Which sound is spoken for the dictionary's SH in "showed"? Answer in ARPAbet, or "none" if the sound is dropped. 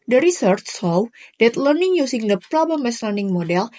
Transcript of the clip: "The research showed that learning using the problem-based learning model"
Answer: S